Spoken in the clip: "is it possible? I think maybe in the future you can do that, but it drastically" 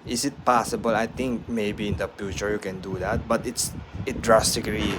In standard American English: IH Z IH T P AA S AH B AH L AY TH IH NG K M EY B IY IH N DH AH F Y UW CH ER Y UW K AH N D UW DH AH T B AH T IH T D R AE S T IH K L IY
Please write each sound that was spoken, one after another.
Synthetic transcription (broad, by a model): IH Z IH T P AA S AH B AH L AY T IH NG K M EY B IY IH N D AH F Y UW CH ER Y UW K AH N D UW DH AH T B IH T IH T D R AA S T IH K L IY